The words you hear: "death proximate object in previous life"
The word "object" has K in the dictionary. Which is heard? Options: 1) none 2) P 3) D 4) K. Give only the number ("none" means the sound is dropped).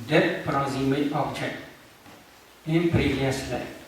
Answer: 1